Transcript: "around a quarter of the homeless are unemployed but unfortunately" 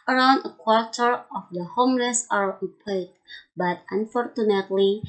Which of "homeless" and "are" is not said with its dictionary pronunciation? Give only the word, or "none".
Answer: homeless